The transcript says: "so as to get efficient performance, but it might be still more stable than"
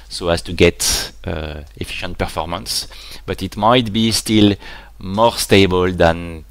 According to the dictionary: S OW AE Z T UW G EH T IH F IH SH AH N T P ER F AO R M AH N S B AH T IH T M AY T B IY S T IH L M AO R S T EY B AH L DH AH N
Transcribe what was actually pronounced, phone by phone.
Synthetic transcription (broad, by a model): S OW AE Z T UW G EH T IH F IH SH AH N T P ER F AO R M AH N S B AH T IH T M AY T B IY S T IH L M AO R S T EY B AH L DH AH N